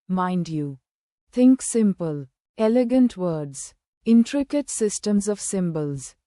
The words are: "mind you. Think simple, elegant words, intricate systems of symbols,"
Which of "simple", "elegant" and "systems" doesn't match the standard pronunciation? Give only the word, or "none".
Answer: none